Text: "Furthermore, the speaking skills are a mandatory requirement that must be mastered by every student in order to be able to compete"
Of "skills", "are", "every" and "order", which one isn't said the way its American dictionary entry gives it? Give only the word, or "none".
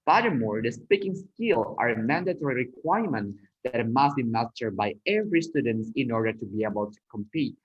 skills